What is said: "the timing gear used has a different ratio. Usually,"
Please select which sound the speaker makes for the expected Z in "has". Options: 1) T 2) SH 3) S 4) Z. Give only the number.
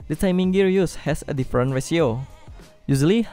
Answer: 3